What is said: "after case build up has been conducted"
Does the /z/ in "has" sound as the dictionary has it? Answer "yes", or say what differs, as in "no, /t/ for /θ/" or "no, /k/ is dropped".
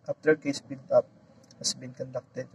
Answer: no, /s/ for /z/